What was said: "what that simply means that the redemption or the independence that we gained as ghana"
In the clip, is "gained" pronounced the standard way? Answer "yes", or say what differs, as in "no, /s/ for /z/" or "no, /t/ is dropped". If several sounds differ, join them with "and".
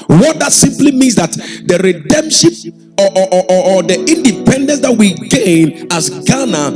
no, /d/ is dropped